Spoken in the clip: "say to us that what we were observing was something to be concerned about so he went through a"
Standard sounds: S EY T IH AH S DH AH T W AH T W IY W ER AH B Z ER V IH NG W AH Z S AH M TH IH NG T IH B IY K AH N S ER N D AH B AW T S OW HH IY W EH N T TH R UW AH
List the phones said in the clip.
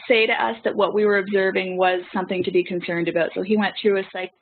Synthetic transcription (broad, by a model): S EY T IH AH S DH AH T W AH T W IY W ER AH B Z ER V IH NG W AH Z S AH M TH IH NG T IH B IY K AH N S ER N D AH B AW T S OW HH IY W EH N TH R UW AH